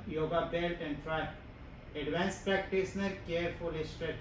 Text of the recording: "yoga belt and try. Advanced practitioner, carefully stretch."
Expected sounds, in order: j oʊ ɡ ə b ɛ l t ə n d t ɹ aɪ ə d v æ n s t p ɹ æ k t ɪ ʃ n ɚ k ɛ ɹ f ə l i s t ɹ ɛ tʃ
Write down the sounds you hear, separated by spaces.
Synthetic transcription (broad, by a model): j oʊ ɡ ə b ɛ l t ə n d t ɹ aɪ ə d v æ n s p ɹ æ k t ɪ s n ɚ k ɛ ɹ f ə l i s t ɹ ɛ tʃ